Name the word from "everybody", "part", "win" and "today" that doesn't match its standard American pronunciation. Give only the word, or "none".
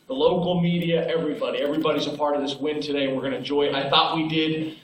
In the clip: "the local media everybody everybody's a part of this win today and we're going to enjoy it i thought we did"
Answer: none